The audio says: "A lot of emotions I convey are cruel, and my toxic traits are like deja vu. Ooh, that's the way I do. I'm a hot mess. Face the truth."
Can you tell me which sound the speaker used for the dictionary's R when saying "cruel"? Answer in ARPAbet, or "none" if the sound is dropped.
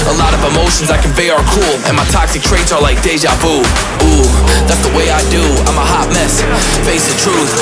none